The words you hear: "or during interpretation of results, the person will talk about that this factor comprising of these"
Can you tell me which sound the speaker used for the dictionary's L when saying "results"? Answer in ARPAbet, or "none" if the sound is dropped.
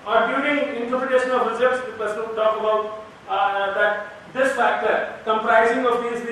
none